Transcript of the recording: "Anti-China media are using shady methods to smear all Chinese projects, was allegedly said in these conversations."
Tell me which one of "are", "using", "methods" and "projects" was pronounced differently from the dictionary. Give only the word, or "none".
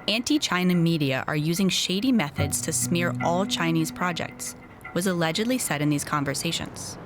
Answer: none